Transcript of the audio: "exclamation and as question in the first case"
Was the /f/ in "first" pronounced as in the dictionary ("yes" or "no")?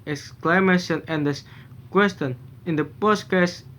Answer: no